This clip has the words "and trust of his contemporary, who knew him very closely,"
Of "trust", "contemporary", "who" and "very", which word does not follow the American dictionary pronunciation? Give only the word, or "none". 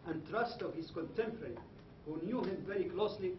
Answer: contemporary